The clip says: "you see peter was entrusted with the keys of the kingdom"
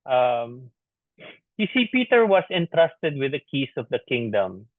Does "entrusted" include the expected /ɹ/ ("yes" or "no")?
yes